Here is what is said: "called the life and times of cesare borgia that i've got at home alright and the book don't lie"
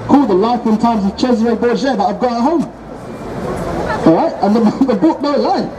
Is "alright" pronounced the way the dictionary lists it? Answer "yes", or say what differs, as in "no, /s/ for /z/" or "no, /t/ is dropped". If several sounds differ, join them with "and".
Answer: no, /l/ is dropped